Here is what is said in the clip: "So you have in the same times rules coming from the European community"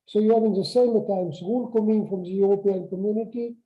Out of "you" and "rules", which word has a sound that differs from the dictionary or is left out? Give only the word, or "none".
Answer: rules